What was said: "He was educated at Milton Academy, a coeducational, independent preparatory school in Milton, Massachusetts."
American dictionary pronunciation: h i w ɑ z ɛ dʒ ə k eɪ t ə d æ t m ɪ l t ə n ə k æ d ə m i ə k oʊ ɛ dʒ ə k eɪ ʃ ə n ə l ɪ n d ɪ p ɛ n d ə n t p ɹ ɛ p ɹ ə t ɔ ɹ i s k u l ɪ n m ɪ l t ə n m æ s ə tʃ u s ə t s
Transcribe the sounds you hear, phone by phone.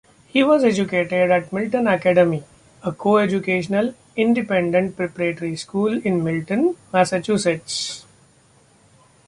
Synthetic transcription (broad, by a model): h i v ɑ z ɛ dʒ ə k eɪ t ə d æ t m ɪ l t ə n ə k æ d ə m i ə k oʊ ɛ dʒ ə k eɪ ʃ ə n ə l ɪ n d ɪ p ɛ n d ə n t p ɹ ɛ p ɹ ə t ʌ ɹ i s k u l ɪ n m ɪ l t ə n m æ s ə tʃ u s ə t s